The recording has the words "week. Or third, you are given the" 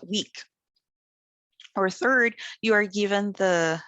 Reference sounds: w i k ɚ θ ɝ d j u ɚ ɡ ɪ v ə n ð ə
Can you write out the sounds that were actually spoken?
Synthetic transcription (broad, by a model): w i k ɚ θ ɝ d j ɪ ɚ ɡ ɪ v ə n ð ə